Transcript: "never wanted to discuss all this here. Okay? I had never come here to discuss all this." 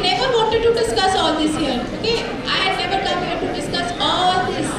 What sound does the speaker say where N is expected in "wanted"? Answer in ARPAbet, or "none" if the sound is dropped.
none